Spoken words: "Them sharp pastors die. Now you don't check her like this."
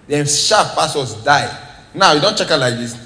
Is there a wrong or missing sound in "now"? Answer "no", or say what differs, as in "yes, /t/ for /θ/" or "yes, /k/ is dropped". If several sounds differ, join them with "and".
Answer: no